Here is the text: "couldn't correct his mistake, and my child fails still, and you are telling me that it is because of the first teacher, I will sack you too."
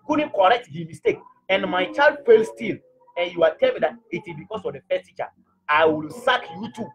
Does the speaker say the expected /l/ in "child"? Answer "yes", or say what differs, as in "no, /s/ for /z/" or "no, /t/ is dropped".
yes